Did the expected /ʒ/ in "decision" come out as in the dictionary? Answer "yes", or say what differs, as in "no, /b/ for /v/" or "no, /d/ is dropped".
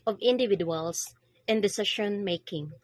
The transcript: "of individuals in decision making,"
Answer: no, /ʃ/ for /ʒ/